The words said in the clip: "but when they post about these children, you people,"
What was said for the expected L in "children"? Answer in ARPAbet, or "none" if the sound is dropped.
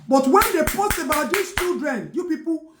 none